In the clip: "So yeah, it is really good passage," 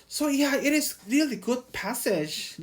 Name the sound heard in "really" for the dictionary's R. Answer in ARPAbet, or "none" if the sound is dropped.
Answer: R